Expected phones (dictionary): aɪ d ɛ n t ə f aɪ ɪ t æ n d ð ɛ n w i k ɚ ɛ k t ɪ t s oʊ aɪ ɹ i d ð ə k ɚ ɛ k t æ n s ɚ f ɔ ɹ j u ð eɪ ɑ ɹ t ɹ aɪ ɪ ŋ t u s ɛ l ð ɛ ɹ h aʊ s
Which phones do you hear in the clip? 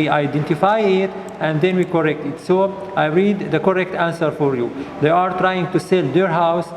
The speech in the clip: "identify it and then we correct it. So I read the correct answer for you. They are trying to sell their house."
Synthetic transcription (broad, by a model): aɪ d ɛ n t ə f aɪ ɪ t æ n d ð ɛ n w i k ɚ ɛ k t ɪ t s oʊ aɪ ɹ i d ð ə k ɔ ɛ k t æ n s ɚ f ɔ ɹ j u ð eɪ ɑ ɹ t ɹ aɪ ɪ ŋ t u s ɛ l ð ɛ ɹ h aʊ s